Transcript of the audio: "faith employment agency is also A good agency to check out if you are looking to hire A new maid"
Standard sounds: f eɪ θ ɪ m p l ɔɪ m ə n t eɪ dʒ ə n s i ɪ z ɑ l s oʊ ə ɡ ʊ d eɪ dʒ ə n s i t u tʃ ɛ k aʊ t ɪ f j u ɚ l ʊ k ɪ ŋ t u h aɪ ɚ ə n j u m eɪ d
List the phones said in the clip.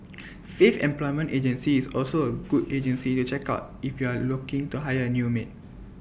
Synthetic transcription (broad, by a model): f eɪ f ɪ m p l ɔɪ m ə n t eɪ dʒ ə n s i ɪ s ɑ l s oʊ ə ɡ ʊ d eɪ dʒ ə n s i t u tʃ ɛ k aʊ t ɪ f j u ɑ l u k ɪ ŋ t u h aɪ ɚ ə n j u m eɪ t